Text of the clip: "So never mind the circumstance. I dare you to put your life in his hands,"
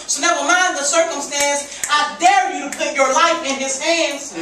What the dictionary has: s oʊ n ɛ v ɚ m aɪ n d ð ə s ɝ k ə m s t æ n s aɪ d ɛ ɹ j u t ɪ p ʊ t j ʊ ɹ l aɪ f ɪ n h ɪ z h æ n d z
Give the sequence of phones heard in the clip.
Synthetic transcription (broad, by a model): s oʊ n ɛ w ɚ m aɪ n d ð ə s ɝ k ə m s t æ n s aɪ d ɛ ɹ j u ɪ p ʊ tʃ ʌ ɹ l aɪ f ɪ n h ɪ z h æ n d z